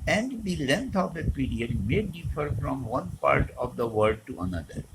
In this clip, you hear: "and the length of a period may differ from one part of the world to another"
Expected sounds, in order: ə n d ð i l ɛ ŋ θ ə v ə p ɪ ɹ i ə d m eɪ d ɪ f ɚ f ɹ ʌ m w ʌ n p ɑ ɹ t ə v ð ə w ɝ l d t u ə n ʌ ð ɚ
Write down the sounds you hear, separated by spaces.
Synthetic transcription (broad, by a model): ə n d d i l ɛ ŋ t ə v ə p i ɹ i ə d m eɪ d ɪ f ɚ f ɹ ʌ m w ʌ n p ɑ ɹ t ə v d ə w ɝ d t u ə n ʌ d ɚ